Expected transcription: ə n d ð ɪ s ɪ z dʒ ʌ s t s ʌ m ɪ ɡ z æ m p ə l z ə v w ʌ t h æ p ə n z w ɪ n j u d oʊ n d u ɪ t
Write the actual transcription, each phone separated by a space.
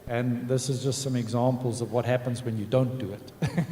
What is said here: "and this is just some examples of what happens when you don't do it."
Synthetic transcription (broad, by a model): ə n ð ɪ s ɪ z dʒ ʌ s t s ʌ m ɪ ɡ z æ m p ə l z ə v w ʌ t h æ p ə n z w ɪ n j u d oʊ n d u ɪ t